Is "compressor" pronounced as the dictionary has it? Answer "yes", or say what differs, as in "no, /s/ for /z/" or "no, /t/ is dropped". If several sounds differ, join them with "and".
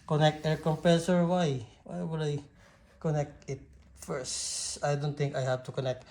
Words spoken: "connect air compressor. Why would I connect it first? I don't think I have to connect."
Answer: no, /ɹ/ is dropped